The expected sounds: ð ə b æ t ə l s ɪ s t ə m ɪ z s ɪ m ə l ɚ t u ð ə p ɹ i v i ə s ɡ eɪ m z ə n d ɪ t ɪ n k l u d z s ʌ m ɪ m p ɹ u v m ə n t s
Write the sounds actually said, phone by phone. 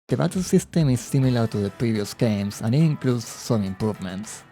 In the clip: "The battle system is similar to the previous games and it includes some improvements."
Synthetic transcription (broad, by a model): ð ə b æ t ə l s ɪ s t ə m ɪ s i m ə l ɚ t u ð ə p ɹ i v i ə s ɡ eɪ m s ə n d ɪ t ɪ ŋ k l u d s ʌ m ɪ m p ɹ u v m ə n t s